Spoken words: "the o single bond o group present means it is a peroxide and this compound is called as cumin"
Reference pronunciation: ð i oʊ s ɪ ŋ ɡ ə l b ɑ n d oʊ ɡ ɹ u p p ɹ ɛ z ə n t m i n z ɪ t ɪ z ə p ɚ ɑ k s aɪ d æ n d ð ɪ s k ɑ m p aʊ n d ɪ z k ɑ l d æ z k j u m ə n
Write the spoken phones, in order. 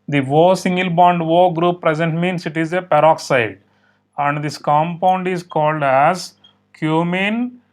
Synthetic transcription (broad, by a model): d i oʊ s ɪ ŋ ɡ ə l b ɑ n d oʊ ɡ ɹ u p p ɹ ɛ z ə n t m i n s ɪ t ɪ z ə p ɚ ɑ k s aɪ d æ n d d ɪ s k ɑ m p aʊ n d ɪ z k ɑ l d æ z k j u m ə n